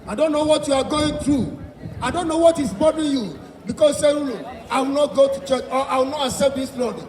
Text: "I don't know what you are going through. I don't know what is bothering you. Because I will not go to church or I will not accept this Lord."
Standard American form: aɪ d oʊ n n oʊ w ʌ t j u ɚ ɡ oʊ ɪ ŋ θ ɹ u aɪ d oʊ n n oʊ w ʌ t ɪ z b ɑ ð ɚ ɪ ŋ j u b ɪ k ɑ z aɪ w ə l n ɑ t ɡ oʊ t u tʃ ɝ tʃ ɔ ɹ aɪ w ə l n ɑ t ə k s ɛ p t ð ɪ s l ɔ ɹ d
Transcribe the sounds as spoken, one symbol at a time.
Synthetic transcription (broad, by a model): aɪ d oʊ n n oʊ w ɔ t j u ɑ ɡ oʊ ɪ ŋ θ ɹ u aɪ d oʊ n n oʊ w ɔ t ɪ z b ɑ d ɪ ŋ j u b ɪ k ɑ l aɪ w ə l n ɑ t ɡ oʊ t u tʃ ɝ tʃ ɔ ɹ aɪ w ə l n ɑ t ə s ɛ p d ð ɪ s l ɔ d